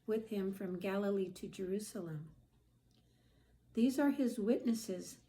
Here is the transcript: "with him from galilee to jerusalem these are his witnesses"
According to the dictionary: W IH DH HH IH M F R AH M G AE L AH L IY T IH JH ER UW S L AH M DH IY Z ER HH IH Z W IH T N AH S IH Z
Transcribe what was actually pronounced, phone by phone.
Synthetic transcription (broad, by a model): W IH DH HH IH M F R AH M G AE L AH L IY T IH JH ER UW S L AH M DH IY Z ER IH Z W IH T N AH S IH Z